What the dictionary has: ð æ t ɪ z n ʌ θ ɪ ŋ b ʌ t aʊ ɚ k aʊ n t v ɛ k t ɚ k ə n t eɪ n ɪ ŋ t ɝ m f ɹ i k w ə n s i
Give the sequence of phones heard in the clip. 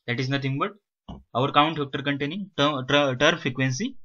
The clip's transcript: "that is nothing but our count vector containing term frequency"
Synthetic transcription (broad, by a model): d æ t ɪ z n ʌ t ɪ ŋ b ʌ t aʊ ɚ k aʊ n t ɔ k t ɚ k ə n t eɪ n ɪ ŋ t ɝ m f ɹ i k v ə n s i